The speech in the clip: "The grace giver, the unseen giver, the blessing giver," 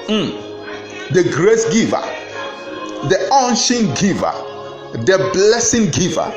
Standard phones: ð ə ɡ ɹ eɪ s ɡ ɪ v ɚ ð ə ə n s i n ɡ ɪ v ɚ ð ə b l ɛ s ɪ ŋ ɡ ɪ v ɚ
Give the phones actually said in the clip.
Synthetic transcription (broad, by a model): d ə ɡ ɹ eɪ s ɡ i v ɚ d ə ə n ʃ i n ɡ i v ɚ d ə b l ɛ s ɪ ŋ ɡ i v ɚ